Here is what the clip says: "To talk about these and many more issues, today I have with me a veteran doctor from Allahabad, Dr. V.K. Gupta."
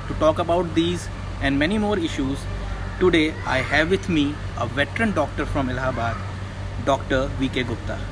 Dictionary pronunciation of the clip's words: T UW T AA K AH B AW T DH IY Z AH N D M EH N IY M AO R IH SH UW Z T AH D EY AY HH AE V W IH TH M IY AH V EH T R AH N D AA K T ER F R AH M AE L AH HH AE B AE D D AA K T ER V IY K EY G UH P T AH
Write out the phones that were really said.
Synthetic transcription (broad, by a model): T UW T AA K AH B AW T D IY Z AH N D M EH N IY M AO R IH SH UW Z T AH D EY AY HH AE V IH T M IY AH V EH T R AH N D AA K T ER F R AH M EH L HH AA B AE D D AA K T ER V IY K EY G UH P T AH